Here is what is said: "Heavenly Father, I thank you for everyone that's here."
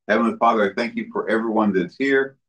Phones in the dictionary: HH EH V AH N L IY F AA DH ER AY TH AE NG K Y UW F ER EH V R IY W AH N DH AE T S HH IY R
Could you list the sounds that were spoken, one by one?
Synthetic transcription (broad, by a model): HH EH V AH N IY F AA DH ER AY TH AE NG K Y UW F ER EH V R IY W AH N DH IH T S HH IY R